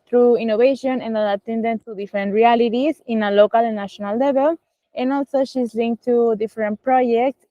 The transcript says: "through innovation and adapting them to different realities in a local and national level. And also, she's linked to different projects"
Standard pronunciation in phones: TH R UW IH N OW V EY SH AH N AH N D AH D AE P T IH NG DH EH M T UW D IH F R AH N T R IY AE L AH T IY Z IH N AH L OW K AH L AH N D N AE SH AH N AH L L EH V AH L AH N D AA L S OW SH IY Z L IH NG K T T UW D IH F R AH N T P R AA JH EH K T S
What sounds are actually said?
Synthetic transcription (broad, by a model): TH R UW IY N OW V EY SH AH N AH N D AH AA T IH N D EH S T UW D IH F R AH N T R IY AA L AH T IY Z IH N AH L OW K AH L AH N N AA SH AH N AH L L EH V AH L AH N AA L S OW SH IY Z L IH NG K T T UW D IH F R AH N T P R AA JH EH K T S